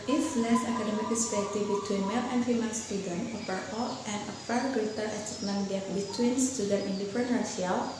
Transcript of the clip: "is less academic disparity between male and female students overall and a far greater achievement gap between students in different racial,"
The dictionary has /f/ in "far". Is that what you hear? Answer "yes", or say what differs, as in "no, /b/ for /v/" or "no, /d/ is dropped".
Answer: no, /p/ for /f/